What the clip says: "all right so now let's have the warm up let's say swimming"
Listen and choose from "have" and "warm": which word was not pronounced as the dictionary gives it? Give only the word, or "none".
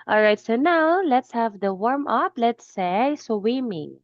none